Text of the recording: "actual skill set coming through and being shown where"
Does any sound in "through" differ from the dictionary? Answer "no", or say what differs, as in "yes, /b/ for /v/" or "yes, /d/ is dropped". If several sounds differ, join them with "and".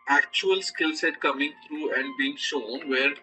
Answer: yes, /t/ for /θ/